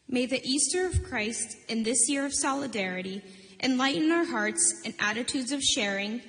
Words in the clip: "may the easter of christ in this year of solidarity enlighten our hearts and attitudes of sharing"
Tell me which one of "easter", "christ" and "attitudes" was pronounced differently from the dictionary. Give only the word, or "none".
none